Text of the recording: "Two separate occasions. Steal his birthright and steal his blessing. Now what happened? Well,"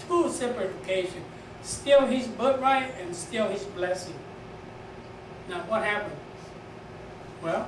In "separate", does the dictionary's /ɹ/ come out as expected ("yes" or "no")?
no